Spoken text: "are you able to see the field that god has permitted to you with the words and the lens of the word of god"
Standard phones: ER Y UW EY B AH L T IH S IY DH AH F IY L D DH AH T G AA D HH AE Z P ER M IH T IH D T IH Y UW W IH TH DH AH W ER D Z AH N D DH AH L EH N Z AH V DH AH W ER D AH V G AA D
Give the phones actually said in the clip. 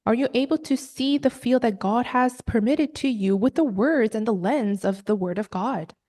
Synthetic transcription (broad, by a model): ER Y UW EY B L T IH S IY DH AH F IY L D DH AH T G AA D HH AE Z P ER M IH T IH D T IH Y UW W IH DH AH W ER D Z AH N DH AH L EH N Z AH V DH AH W ER D AH V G AA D